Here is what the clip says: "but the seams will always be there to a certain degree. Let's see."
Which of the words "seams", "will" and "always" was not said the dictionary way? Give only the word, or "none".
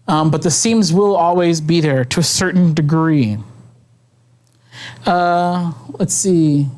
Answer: none